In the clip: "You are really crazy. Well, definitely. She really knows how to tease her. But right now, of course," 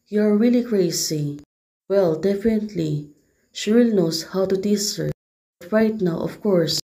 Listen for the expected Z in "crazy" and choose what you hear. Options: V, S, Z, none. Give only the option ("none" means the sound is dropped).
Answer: S